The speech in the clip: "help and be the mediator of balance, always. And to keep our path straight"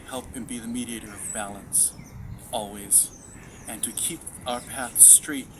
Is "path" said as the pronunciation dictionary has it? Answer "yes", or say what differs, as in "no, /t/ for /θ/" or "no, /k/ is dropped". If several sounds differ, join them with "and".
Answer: yes